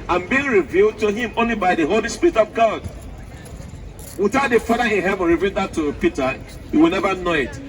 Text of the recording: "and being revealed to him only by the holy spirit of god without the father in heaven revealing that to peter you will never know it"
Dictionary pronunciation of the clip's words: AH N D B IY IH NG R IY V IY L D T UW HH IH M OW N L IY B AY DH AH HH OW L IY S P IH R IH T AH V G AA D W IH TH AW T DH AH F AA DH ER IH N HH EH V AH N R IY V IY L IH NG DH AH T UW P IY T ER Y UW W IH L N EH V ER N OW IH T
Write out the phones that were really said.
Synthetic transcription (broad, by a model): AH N B IY IH NG R IY V IY L D T UW HH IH M OW N L IY B AY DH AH HH OW L IY S P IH R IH T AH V G AA D W IH TH AW T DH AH F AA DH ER IH N HH EH V AH N R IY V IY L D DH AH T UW P IY T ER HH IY W IH L N EH V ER N OW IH T